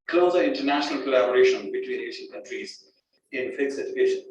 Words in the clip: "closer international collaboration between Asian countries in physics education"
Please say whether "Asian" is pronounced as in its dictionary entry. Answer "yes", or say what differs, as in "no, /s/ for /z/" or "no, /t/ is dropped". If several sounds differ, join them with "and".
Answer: no, /s/ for /ʒ/